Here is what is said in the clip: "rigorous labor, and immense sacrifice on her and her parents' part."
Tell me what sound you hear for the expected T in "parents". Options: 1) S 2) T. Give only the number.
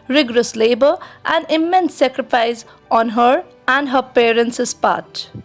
1